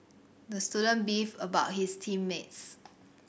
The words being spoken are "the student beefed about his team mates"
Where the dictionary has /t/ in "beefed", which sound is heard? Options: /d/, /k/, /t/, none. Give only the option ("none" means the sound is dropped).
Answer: none